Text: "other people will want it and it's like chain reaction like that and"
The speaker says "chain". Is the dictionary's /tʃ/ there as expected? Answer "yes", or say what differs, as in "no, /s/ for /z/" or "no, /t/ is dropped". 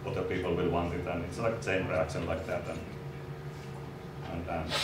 no, /s/ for /tʃ/